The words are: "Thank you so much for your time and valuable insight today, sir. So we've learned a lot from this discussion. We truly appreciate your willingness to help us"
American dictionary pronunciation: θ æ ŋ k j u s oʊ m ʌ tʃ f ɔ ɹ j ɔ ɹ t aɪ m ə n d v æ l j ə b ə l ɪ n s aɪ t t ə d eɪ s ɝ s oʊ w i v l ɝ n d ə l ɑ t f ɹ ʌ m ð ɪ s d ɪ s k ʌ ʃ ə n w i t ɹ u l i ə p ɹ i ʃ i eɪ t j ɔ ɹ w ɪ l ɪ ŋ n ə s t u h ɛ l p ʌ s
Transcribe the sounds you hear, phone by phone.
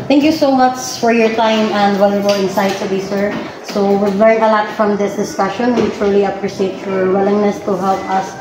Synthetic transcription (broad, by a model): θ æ ŋ k j u s oʊ m ʌ tʃ f ɔ ɹ j ɔ ɹ t aɪ m ə n d w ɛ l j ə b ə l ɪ n s aɪ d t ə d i s ɝ s oʊ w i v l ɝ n ə l ɑ t f ɹ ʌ m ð ɪ s d ɪ s k ʌ ʃ ə n w i t ɹ u l i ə p ɹ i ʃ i eɪ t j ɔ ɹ w ɪ l ɪ ŋ n ə s t u h ɛ l p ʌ s